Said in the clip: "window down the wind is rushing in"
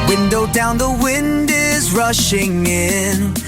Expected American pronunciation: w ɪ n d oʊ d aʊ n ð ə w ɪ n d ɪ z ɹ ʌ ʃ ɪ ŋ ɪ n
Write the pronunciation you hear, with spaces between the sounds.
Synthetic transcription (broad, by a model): w ɪ n d oʊ d aʊ n ð ə w ɪ n d ɪ z ɹ ʌ ʃ ɪ ŋ ɪ n